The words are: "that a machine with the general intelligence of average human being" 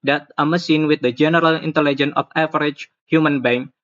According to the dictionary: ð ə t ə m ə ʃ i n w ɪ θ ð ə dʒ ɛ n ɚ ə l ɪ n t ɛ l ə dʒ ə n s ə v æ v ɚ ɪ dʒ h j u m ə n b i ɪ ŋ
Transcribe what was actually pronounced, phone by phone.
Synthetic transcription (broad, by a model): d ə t ə m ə s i n w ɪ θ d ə dʒ ɛ n ɚ ə l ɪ n t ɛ l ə dʒ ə n ə f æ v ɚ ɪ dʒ h j u m ə n b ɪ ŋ